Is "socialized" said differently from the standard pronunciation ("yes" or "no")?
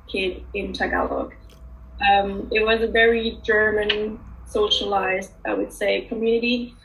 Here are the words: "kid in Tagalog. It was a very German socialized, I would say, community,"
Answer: no